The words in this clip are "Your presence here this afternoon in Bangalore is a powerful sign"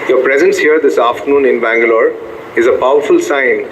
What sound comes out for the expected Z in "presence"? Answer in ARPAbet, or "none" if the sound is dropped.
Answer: Z